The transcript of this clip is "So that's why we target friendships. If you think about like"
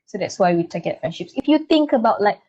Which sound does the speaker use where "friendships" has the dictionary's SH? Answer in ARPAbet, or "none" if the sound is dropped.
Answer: SH